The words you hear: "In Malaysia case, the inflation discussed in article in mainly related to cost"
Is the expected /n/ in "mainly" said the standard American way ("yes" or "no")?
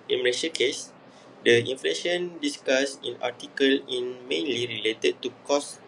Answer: yes